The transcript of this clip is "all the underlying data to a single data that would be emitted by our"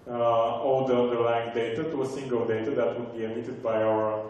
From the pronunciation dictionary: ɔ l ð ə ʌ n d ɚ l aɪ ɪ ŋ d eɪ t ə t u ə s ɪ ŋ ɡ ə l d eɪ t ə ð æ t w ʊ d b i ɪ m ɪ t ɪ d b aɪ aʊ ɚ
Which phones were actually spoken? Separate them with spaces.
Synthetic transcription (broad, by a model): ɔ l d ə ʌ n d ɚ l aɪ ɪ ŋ d eɪ t ə t u ə s ɪ ŋ ɡ ə l d eɪ t ə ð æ t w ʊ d b i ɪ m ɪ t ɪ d b aɪ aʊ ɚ